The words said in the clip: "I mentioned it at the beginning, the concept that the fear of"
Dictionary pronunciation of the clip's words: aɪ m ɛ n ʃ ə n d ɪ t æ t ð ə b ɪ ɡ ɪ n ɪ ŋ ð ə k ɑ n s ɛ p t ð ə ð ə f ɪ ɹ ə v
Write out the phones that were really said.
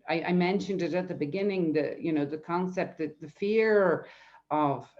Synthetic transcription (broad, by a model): aɪ m ɛ n ʃ ə n d ɪ t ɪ t ð ə b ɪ ɡ ɪ n ɪ ŋ ð ə k ɑ n s ɛ p t ð ə ð ə f ɪ ɹ ə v